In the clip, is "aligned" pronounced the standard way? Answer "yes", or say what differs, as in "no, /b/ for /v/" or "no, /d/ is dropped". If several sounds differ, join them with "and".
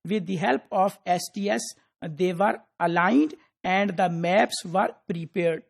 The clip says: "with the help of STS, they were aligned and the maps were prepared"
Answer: yes